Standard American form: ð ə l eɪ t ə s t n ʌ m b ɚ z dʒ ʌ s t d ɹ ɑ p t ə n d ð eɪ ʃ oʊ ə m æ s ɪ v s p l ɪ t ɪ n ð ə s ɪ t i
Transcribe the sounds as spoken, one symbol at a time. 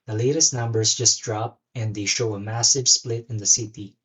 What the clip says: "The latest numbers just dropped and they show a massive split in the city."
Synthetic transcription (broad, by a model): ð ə l eɪ t ə s t n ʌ m b ɚ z dʒ ʌ s t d ɹ ɑ p ə n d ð eɪ ʃ oʊ ə m æ s ɪ v s p l ɪ t ɪ n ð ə s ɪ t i